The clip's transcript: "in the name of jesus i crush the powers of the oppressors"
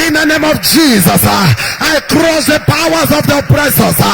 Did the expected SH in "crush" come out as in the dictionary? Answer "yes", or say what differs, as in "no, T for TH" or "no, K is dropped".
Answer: no, S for SH